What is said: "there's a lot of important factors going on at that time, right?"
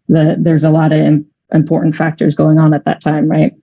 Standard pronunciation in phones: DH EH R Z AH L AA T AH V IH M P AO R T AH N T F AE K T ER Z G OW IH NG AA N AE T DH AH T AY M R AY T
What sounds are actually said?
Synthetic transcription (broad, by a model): DH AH R Z AH L AA T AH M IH M P AO R T N T F AE K T ER Z G OW IH NG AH N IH T DH AH T AY M R AY T